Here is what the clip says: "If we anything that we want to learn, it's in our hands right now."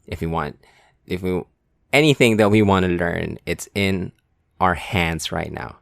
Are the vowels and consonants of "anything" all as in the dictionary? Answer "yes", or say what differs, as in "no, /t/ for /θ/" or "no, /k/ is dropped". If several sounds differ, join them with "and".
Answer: yes